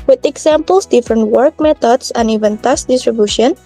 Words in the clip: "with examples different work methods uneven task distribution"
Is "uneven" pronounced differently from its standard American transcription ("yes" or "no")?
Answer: no